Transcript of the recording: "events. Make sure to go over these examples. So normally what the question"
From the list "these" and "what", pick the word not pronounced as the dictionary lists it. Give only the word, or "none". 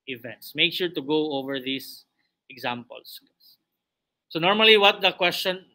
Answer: these